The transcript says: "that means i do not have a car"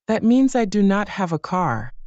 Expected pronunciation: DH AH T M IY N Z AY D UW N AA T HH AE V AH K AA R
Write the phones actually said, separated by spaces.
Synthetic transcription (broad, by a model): DH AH T M IY N Z AY D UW N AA T HH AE V AH K AA R